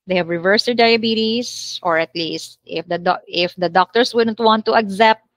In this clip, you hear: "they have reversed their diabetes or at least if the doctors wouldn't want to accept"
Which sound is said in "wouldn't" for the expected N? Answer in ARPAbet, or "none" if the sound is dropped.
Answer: N